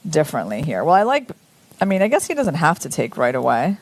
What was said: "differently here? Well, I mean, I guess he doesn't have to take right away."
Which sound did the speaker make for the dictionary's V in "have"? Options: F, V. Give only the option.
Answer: F